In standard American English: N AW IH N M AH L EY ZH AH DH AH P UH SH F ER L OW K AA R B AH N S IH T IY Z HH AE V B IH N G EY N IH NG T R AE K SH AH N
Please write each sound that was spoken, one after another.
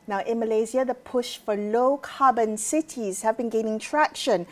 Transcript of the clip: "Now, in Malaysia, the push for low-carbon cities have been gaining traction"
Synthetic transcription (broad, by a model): N AW IH N M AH L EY Z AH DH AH P UH SH F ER L OW K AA B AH N S IH T IY Z HH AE V B IH N G EY N IH NG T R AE K SH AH N